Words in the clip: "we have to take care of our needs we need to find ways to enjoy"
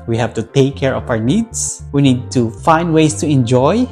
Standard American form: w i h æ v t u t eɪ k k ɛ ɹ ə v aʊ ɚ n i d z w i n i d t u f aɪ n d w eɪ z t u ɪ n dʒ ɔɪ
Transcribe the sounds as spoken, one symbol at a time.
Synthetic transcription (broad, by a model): w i h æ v t u t eɪ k k ɛ ɹ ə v aʊ ɚ n i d s w i n i d t u f aɪ n d w eɪ s t u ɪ n dʒ ɔɪ